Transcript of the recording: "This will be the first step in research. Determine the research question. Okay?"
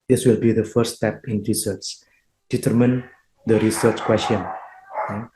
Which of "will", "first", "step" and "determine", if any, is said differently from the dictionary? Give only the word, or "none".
first